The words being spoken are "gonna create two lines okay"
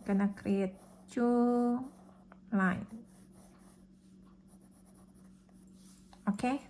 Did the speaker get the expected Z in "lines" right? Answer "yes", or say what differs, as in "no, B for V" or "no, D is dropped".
no, Z is dropped